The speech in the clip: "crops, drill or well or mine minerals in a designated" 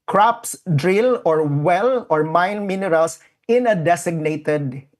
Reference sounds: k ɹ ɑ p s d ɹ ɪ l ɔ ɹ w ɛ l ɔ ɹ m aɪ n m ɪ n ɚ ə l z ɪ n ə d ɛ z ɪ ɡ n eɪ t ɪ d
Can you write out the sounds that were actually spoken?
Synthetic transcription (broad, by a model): k ɹ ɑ p s d ɹ ɪ l ɔ ɹ w ɛ l ɔ ɹ m aɪ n m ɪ n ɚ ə l s ɪ n ə d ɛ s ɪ ɡ n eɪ t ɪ d